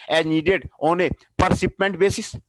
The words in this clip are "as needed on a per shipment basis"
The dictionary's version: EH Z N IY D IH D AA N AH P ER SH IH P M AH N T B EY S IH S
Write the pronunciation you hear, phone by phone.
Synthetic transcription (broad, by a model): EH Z N IY D IH D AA N AH P ER S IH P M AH N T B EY S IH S